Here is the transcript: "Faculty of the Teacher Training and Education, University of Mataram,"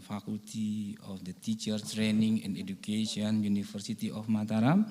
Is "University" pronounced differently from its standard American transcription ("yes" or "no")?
yes